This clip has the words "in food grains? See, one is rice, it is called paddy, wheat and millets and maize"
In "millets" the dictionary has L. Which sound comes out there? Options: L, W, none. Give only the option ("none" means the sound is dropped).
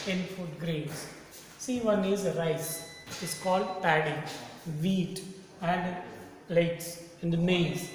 none